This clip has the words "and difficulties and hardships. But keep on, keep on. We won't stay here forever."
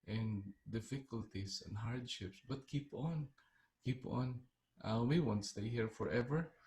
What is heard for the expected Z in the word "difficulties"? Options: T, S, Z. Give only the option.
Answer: S